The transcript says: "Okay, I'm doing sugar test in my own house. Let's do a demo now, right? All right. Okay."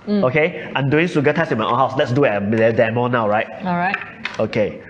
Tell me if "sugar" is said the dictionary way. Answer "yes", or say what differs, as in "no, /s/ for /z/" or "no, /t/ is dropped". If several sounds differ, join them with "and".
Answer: no, /s/ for /ʃ/